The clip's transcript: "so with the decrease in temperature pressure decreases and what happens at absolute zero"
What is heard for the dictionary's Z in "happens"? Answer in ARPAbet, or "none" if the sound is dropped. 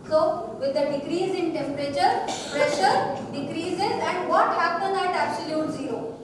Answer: none